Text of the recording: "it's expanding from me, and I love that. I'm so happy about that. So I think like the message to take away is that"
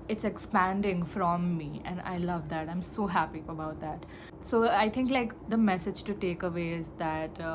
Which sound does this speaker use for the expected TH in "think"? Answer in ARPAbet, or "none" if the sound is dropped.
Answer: T